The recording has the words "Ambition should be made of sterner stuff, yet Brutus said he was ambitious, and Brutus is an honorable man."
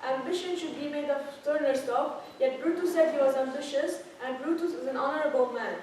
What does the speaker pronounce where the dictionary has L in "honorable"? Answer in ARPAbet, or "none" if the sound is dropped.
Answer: L